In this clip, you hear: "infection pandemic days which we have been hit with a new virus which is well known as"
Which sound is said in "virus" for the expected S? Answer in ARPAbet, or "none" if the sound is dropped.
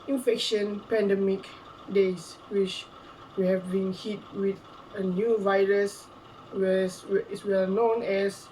S